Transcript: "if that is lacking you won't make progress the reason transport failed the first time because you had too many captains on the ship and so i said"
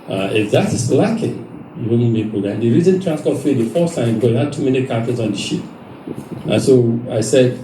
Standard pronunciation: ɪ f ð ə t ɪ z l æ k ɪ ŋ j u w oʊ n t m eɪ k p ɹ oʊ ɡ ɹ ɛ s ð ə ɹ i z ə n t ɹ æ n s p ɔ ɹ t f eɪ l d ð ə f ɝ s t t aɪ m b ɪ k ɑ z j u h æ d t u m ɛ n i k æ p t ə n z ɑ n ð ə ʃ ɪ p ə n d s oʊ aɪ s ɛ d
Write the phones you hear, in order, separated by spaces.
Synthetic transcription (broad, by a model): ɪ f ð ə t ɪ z l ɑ k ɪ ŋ j u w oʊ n m eɪ k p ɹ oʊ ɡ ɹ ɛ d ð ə ɹ i z ə n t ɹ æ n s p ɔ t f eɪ d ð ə f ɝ s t t aɪ m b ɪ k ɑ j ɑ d t u m ɛ n i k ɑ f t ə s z ɑ n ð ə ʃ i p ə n s oʊ aɪ s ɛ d